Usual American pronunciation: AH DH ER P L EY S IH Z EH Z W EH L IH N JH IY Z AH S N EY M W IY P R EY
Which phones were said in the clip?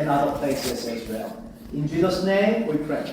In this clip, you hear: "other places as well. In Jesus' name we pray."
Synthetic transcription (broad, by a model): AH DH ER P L EY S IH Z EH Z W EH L IH N JH IY Z AH S N EY M W IY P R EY